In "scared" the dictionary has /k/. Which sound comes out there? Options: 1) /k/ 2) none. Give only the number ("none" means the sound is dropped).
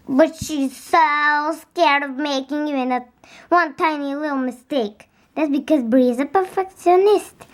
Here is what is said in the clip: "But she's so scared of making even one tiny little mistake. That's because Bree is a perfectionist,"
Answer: 1